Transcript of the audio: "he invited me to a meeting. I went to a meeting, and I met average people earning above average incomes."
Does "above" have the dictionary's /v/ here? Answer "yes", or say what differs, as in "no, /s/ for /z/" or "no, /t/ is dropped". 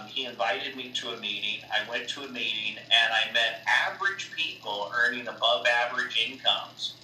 yes